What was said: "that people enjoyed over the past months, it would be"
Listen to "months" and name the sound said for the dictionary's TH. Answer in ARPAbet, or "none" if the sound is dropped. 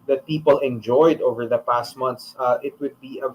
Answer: T